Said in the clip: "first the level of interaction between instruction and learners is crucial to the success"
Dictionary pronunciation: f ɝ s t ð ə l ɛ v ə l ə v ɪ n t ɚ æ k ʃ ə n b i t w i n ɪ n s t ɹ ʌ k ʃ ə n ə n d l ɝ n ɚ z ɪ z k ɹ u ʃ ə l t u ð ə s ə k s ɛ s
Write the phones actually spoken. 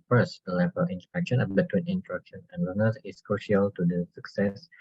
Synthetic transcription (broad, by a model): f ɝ s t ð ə l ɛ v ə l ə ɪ n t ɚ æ k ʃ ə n b i t w i n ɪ n t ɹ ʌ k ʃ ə n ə n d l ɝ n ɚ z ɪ s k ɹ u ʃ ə l t u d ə s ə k s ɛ s